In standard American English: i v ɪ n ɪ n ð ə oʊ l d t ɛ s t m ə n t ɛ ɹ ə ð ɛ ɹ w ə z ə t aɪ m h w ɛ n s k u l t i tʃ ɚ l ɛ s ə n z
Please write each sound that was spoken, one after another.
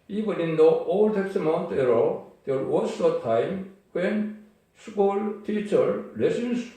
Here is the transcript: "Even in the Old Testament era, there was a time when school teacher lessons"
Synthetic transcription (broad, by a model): i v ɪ n ɪ n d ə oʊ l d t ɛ s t m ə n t ɛ ɹ ə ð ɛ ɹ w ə s ə t aɪ m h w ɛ n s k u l t i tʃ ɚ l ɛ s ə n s